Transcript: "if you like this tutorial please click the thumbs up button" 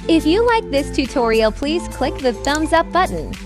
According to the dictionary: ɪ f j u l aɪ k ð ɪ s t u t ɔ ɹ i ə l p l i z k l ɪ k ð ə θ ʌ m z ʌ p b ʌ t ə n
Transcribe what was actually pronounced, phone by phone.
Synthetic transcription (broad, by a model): ɪ f j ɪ l aɪ k ð ɪ s t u t ɔ ɹ i l p l i z k l ɪ k ð ə θ ʌ m z ʌ p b ʌ t n